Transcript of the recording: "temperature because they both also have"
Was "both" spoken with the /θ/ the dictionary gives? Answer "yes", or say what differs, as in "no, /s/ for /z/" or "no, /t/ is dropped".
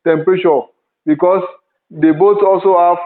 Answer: no, /s/ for /θ/